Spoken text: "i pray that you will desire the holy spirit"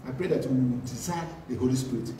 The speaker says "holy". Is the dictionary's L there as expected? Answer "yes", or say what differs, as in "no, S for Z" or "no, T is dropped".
yes